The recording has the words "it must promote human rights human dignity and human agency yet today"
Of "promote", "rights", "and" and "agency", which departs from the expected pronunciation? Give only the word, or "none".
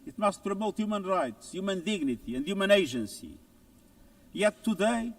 agency